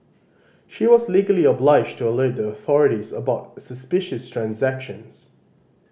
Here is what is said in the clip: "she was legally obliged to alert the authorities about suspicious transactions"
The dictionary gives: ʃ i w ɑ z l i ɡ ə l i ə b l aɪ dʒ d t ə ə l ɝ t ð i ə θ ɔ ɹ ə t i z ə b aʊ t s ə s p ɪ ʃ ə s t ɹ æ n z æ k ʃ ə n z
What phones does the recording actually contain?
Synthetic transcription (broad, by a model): ʃ i w ɑ z l i ɡ ə l i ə b l aɪ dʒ t ə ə l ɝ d ð i ə θ ɔ ɹ ə t i z ə b aʊ t s ə s p ɪ ʃ ə s t ɹ æ n z æ k ʃ ə n z